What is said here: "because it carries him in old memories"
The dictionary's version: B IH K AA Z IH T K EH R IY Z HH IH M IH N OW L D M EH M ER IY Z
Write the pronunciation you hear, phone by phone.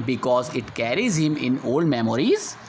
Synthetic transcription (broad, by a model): B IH K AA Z IH T K EH R IY Z HH IH M IH N OW L D M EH M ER IY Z